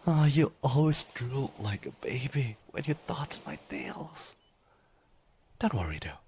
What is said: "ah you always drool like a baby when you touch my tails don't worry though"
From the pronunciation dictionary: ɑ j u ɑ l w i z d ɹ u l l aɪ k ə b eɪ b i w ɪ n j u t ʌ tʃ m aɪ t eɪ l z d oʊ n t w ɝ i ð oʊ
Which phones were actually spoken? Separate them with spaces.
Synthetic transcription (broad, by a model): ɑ j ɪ ɑ l w i z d ɹ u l l aɪ k ə b eɪ b i w ɪ n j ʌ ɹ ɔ s m aɪ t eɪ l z d oʊ n t w ɝ i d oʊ